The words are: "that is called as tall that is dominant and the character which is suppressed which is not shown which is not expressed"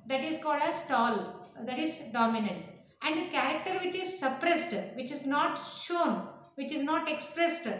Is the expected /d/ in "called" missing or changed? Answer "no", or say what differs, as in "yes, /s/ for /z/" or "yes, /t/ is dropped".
no